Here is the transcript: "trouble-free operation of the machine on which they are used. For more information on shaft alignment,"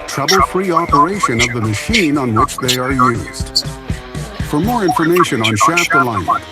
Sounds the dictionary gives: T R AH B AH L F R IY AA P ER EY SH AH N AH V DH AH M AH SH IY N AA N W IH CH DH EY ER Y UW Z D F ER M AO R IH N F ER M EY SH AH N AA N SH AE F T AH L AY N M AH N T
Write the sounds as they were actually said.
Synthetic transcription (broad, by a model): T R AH B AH L F R IY AA P ER EY SH AH N AH V DH AH M AH SH IY N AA N W IH CH DH EY ER Y UW Z D F ER M AO R IH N F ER M EY SH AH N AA N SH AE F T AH L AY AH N